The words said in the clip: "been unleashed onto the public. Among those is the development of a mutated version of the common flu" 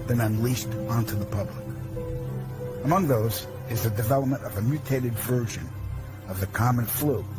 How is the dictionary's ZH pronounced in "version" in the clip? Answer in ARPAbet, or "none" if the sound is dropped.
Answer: ZH